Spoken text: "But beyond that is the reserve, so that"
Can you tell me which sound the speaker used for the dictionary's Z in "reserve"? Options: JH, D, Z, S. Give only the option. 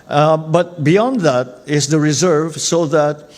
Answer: Z